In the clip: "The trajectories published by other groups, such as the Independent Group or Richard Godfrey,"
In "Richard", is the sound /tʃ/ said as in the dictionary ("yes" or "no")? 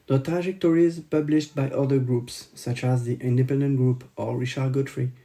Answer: no